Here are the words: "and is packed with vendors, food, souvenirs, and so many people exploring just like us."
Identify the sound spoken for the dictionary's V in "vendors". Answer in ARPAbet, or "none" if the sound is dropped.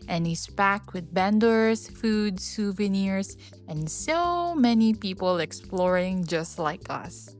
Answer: B